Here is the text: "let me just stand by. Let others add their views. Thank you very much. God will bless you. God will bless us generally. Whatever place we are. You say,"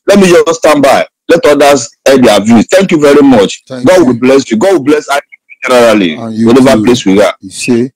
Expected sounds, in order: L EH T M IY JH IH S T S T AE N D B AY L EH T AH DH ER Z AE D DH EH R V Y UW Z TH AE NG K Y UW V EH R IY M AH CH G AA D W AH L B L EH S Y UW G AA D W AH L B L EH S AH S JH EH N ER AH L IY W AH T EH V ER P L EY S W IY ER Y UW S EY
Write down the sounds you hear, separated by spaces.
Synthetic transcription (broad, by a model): L EH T M IY JH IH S S T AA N B AY L EH T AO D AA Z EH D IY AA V Y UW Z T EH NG K Y UW V EH R IY M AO CH G AA D W AH L B L EH S Y UW G AA D W AH L B L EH S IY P JH EH N ER AH L IY W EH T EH V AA P L EY S W IY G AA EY